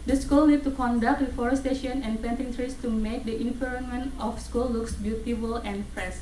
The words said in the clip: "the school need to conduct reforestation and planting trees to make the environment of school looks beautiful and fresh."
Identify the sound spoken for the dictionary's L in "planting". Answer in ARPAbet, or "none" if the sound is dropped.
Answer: none